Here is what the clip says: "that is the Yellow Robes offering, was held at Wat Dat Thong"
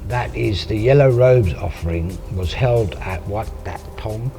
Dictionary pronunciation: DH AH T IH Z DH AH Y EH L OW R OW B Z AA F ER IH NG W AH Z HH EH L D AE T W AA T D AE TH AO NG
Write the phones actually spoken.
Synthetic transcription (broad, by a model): DH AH T IH Z DH AH Y EH L OW R OW B Z AA F ER IH NG W AH Z HH EH L D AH T W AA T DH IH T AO NG